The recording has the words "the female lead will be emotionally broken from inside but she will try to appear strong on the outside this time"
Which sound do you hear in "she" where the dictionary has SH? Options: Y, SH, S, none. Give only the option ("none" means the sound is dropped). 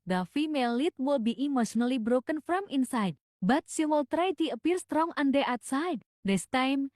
S